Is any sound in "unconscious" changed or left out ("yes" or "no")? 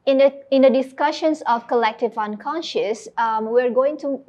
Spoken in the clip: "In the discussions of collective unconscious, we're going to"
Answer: no